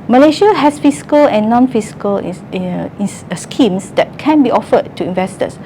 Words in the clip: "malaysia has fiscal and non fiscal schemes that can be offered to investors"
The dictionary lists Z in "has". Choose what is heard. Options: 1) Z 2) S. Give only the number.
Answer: 2